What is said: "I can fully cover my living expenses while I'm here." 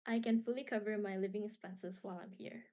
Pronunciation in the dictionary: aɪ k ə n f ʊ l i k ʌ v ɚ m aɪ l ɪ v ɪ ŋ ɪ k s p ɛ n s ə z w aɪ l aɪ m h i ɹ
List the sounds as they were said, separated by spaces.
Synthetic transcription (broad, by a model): aɪ k ə n f ʊ l i k ʌ v ɚ m aɪ l ɪ v ɪ ŋ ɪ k s p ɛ n s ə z w aɪ l aɪ m h i ɹ